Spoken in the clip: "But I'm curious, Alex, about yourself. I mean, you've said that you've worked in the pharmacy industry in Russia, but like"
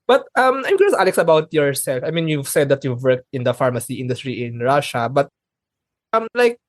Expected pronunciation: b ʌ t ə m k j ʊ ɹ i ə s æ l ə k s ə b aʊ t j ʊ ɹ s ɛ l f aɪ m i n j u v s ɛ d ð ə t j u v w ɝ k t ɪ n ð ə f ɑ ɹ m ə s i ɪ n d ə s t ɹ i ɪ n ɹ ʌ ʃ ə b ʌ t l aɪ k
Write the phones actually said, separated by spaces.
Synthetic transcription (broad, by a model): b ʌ t ə m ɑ i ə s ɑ l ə k s ə b aʊ t j ʊ ɹ s ɛ l f aɪ m i n j u v s ɛ d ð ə t j u v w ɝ k t ɪ n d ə f ɑ ɹ m ə s i ɪ n d ə s t ɹ i ɪ n ɹ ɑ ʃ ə b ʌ t l aɪ k